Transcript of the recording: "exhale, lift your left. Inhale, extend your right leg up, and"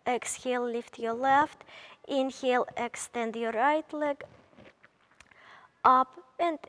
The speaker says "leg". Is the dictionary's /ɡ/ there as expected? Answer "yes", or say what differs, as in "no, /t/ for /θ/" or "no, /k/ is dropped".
yes